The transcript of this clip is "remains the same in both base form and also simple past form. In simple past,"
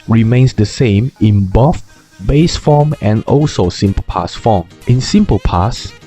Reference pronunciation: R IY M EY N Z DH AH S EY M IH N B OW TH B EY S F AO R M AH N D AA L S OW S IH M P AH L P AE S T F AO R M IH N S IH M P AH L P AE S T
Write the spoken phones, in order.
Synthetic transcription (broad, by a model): R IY M EY N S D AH S EY M IH N B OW F B EY S F AO M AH N AA L S OW S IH M P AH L P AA S F AO M IH N S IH M P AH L P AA S